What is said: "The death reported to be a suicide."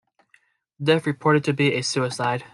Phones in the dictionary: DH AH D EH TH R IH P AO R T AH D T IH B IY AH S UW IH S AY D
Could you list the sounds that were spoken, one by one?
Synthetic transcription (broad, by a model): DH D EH F R IH P AO R T AH D T IH B IY AH S UW IH S AY D